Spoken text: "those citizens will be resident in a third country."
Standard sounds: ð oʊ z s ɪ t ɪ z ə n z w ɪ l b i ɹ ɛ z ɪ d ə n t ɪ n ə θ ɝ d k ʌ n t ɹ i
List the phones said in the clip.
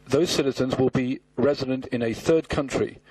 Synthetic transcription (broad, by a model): ð oʊ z s ɪ t ɪ z ə n z w ɪ l b i ɹ ɛ z ɪ d ə n t ɪ n ə θ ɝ d k ʌ n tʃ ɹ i